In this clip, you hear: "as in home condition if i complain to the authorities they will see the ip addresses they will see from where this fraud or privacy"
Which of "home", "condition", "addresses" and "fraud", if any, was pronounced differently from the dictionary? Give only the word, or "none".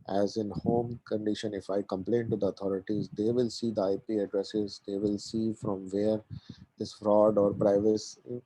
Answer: none